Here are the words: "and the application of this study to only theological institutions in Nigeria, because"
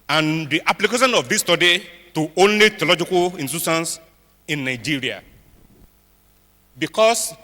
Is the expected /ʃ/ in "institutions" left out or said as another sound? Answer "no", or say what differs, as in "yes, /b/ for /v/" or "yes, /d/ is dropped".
yes, /s/ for /ʃ/